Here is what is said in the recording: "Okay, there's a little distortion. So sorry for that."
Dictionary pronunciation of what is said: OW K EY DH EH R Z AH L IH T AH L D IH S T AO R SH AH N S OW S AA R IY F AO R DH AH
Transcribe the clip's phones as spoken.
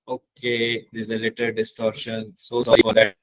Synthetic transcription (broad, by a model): OW K EY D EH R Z AH L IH T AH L D IH S T AO R SH AH N S OW S AA R IY F AO R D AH